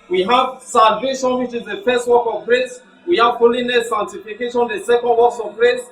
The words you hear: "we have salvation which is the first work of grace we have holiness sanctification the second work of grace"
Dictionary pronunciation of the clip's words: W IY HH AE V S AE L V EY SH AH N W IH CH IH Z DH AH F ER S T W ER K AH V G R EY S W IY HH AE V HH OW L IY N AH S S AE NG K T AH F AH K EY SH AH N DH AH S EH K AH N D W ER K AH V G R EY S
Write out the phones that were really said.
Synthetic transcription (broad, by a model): W IY HH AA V S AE V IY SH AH N W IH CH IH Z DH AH F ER S T W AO K AH V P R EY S W IY HH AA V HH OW L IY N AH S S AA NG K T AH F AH K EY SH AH N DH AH S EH K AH N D W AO K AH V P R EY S